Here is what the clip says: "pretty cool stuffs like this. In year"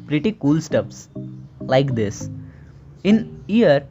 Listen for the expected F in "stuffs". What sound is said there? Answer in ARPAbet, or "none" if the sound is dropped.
P